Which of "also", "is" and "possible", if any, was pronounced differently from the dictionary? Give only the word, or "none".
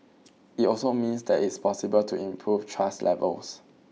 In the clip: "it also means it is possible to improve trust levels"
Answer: is